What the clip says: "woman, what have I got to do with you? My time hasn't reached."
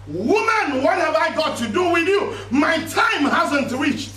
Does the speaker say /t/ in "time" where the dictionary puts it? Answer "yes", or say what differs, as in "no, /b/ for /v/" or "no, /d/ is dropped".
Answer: yes